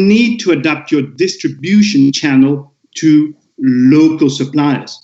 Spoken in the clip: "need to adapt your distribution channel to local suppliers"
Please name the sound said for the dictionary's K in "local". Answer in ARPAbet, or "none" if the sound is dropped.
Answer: K